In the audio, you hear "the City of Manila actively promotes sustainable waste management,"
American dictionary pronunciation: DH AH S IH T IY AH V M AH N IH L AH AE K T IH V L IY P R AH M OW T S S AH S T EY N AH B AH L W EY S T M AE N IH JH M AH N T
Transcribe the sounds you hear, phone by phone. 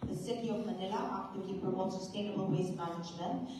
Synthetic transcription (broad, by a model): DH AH S IH T IY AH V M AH N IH L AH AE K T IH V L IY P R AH OW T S S AH S T EY N AH B AH L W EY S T M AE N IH JH M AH N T